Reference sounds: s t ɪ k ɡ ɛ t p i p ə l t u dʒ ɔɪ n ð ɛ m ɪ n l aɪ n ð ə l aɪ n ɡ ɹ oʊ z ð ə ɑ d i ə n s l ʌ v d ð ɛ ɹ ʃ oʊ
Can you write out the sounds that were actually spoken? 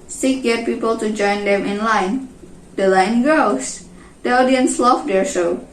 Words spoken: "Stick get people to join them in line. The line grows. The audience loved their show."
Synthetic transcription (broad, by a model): s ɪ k ɡ ɛ t p i p ə l t u dʒ ɔɪ n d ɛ m ɪ n l aɪ n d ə l aɪ n ɡ oʊ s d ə ɑ d i ə n s l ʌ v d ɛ ɹ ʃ oʊ